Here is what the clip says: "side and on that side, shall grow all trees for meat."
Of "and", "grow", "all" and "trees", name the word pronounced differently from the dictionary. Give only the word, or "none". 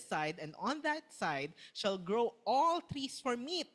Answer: trees